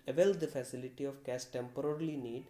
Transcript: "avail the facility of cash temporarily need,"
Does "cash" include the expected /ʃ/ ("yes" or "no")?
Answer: no